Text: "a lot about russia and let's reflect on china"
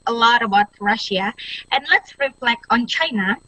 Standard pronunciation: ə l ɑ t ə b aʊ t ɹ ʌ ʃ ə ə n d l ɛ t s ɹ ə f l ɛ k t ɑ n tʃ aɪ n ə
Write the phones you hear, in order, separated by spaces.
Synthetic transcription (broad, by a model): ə l ɑ t ə b aʊ t ɹ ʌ ʃ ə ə n l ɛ t s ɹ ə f l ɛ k ɑ n tʃ aɪ n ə